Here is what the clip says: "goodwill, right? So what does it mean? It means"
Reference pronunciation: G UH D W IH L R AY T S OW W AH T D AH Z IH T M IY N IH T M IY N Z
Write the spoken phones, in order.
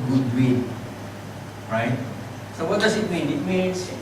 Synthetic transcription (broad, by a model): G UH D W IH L R AY T S OW W AH T D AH S IH T M IY N IH T M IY N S